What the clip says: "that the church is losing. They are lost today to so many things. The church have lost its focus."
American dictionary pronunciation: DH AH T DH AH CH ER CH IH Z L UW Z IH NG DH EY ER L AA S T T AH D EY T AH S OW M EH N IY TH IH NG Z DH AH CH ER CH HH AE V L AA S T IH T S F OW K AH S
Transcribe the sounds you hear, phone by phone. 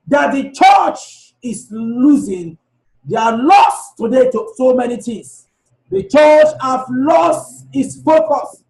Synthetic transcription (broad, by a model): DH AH T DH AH CH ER CH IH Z L UW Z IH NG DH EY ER L AA S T T AH D EY T AH S OW M EH N IY T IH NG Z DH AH CH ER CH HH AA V L AA S T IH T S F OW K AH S